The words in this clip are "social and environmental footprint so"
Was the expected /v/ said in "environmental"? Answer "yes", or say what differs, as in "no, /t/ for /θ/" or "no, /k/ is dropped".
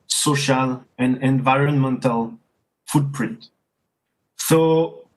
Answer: yes